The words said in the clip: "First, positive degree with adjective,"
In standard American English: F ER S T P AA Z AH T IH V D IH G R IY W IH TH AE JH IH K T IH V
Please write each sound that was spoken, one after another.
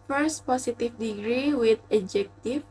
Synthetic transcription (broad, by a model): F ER S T P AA S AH T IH F D IH G R IY W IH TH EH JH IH K T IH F